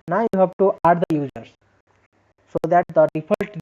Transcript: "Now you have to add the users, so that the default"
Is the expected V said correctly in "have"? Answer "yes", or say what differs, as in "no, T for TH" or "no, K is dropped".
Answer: no, B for V